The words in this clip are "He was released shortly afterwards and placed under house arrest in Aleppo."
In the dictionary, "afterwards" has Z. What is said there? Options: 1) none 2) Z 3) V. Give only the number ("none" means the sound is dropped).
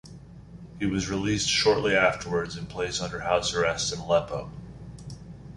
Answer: 2